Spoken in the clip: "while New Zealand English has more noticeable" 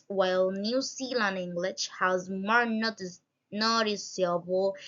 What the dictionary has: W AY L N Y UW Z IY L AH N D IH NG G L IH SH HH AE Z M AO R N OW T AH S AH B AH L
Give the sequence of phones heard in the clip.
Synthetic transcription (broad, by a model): W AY L N Y UW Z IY L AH N IH NG G L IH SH HH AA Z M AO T N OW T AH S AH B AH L